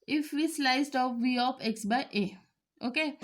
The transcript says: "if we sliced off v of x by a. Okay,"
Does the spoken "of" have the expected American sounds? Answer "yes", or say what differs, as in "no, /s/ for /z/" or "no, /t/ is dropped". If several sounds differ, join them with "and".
no, /p/ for /v/